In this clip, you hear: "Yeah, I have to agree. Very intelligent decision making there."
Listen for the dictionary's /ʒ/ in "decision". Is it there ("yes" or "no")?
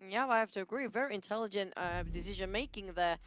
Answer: yes